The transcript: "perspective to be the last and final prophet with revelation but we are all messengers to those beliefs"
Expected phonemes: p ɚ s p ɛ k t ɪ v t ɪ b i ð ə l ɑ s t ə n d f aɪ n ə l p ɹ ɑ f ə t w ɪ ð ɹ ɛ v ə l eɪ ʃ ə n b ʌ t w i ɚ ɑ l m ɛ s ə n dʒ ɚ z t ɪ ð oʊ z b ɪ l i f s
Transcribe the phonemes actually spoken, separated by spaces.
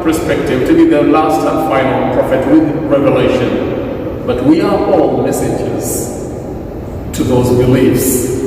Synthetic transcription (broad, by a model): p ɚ s p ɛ k t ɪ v t ɪ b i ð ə l ɑ s t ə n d f aɪ n ə l p ɹ ɑ f ə t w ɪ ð ɹ ɛ v ə l eɪ ʃ ə n b ʌ t w i ɚ ɑ l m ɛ s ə dʒ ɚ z t ɪ ð oʊ z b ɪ l i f s